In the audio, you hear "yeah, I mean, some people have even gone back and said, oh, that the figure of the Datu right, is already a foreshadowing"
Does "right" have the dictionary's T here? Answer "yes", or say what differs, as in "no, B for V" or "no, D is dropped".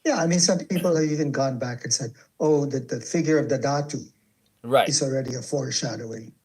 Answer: no, T is dropped